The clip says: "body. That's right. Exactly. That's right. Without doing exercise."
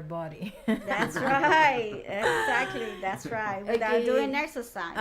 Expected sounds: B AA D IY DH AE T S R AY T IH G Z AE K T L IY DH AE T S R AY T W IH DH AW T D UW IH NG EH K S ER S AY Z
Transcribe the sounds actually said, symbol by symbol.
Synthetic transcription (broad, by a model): B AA D IY DH AE T S R AY T IH G Z AE K T L IY DH AE T S R AY T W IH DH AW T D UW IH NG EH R S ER S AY